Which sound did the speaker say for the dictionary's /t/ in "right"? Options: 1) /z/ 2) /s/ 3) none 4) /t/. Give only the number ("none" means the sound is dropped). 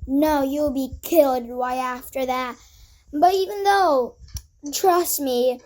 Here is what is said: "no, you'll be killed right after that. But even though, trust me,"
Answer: 3